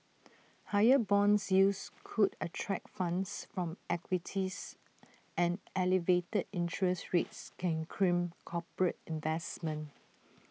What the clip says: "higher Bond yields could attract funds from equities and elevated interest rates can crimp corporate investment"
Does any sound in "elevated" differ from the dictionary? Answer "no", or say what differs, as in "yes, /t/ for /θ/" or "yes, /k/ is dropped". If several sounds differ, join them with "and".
no